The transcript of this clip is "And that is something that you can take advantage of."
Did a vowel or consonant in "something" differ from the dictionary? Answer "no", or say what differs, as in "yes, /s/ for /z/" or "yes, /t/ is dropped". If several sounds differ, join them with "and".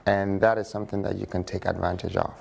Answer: no